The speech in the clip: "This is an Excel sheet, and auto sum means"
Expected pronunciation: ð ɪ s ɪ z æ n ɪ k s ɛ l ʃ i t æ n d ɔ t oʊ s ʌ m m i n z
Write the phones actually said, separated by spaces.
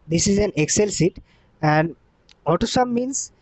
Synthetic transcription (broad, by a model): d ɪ s ɪ z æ n ɪ k s ɛ l s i t æ n d ɔ t oʊ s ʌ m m i n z